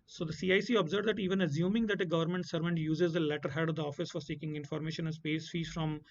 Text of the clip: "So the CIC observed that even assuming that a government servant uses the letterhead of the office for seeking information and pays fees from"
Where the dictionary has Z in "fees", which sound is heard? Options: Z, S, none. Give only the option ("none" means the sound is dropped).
none